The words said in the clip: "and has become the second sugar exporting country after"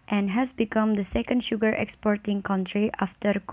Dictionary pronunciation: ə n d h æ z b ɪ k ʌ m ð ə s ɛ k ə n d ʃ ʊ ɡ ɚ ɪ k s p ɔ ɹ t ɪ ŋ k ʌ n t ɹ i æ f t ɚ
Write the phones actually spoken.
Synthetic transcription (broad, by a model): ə n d h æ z b ɪ k ʌ m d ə s ɛ k ə n d ʃ ʊ ɡ ɚ ɪ k s p ɔ ɹ t ɪ ŋ k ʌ n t ɹ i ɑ f t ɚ